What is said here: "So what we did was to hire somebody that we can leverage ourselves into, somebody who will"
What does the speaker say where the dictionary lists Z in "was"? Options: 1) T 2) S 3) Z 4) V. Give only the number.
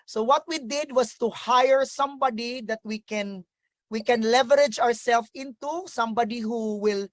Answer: 2